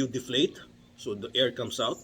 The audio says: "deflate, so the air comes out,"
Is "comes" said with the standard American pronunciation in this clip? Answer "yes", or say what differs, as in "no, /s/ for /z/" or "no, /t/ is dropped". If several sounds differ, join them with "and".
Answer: no, /s/ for /z/